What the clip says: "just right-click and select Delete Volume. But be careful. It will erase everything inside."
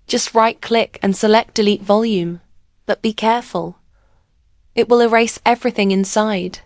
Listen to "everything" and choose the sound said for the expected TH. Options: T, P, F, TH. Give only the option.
TH